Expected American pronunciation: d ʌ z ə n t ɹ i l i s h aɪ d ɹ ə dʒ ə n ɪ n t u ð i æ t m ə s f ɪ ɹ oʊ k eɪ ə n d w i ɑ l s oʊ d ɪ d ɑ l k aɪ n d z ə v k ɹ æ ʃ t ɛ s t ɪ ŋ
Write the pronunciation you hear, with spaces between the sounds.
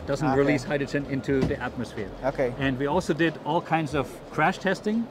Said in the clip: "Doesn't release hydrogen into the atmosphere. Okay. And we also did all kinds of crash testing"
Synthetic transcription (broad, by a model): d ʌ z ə n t ɹ i l i s h aɪ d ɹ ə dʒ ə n ɪ n t u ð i æ t m ə s f ɪ ɹ oʊ k eɪ ə n d w i ɑ l s oʊ d ɪ d ɑ l k aɪ n d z ə v k ɹ æ ʃ t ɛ s t ɪ ŋ